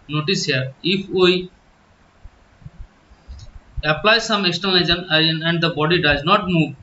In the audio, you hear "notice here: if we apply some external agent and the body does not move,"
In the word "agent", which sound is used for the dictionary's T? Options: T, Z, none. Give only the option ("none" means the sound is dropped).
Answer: none